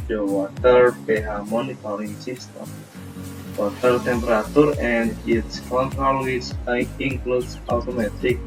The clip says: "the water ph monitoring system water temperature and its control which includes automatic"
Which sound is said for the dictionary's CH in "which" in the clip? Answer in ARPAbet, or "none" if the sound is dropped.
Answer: S